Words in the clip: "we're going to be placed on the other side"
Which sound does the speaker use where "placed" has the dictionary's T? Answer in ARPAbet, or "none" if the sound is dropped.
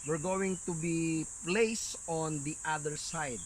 none